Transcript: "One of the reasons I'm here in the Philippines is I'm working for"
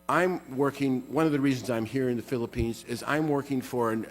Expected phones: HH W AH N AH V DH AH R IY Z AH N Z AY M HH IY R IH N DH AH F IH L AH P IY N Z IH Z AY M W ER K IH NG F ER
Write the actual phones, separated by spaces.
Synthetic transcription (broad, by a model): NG W AH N AH V DH AH R IY Z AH N Z AY M HH IY R IH N DH AH F IH L AH P IY N Z IH Z AY M W ER K IH NG F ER